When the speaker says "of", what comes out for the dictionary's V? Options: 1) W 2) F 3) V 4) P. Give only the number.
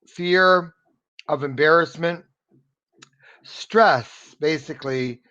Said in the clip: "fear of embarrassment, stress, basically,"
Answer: 3